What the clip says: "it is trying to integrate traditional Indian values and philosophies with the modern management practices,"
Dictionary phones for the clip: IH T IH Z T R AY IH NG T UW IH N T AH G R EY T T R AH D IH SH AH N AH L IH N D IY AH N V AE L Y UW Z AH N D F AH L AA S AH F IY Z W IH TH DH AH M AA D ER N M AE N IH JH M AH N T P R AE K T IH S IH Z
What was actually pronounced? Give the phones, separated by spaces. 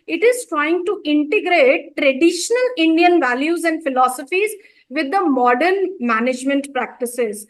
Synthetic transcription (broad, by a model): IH T IH Z T R AY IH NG T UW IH N T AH G R EY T T R AH D IH SH AH N AH L IH N D IY AH N V AE L Y UW Z AH N D F AH L AA S AH F IY Z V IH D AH M AA D ER N M AE N IH JH M AH N T P R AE K T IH S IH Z